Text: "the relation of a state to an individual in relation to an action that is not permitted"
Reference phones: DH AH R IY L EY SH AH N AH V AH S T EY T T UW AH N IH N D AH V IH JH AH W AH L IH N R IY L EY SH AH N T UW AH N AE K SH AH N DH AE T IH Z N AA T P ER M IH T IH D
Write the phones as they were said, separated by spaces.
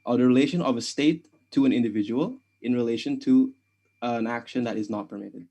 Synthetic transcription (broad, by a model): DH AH R IY L EY SH AH N AH V AH S T EY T T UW AH N IH N D AH V IH JH AH W AH L IH N R IY L EY SH AH N T UW AH N AE K SH AH N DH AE T IH Z N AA T P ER M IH T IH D